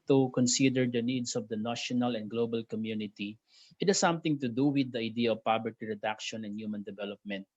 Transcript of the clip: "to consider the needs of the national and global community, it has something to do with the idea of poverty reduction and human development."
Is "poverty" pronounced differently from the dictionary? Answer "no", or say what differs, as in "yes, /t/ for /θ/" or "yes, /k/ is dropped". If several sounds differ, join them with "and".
yes, /b/ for /v/